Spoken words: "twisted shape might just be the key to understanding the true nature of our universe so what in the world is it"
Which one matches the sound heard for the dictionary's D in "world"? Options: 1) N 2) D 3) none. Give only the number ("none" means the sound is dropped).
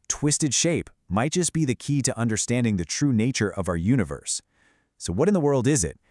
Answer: 2